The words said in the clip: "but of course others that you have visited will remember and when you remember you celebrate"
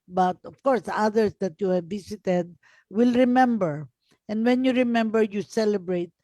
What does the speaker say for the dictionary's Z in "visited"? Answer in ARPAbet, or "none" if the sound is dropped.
S